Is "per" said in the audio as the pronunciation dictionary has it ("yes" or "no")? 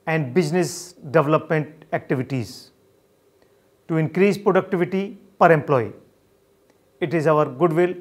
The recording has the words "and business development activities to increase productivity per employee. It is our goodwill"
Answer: yes